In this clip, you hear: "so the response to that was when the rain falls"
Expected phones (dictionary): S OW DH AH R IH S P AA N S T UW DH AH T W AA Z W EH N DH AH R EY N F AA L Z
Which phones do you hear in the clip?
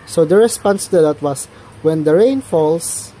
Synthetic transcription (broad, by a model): S OW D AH R IH S P AA N S T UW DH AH T W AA S W EH N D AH R EY N F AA L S